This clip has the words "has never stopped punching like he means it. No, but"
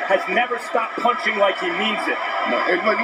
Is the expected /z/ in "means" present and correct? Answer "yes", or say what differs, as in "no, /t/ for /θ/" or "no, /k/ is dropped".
yes